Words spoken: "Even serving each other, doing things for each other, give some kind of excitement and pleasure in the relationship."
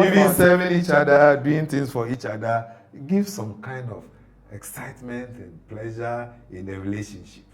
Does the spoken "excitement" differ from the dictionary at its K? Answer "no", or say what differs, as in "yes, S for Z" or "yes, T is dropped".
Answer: no